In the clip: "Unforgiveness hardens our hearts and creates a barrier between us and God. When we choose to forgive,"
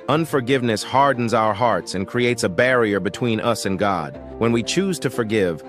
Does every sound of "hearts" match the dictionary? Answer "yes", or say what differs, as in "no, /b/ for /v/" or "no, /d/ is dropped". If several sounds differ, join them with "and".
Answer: yes